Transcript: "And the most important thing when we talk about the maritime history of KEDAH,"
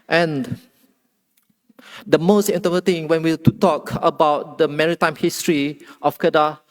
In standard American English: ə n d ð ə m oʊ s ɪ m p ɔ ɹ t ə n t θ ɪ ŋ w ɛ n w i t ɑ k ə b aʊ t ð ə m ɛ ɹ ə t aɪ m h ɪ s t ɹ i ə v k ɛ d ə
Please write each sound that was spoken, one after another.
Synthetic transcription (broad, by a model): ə n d ə m oʊ s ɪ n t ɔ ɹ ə t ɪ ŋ w ɛ n w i t ɑ k ə b aʊ t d ə m ɛ ɹ ə t aɪ m h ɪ s t ɹ i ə f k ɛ d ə